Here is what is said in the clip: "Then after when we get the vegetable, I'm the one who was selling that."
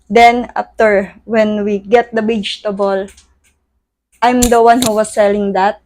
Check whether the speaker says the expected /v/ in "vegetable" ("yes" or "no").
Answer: no